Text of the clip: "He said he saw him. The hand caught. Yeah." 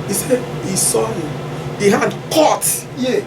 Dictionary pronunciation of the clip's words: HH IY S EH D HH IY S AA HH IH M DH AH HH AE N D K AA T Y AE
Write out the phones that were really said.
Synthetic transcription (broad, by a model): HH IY S EH D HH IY S AA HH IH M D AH HH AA D K AA T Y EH